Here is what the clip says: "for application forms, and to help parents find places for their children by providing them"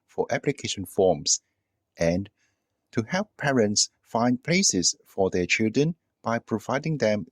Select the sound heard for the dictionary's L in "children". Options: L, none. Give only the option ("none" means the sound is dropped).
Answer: L